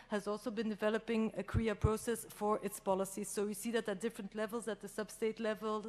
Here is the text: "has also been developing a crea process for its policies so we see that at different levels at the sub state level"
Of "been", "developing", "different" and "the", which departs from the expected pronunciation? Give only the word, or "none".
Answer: none